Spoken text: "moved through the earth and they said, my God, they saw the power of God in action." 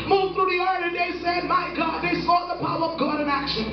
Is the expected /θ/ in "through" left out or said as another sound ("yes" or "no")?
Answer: no